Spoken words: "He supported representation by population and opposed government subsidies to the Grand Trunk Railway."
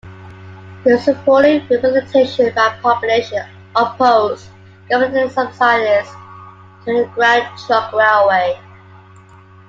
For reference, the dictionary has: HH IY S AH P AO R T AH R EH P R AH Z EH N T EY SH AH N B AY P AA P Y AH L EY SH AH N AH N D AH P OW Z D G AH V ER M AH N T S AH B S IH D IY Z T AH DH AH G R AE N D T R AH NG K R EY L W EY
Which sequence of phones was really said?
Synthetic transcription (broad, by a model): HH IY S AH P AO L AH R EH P AH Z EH T EY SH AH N B AY P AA P Y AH L EY AH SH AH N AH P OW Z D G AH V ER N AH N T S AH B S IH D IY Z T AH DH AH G R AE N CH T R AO K R EY L W EY